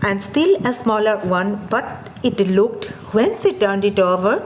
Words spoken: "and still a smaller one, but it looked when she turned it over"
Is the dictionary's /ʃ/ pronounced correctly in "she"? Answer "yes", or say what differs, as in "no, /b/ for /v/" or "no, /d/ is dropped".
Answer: no, /s/ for /ʃ/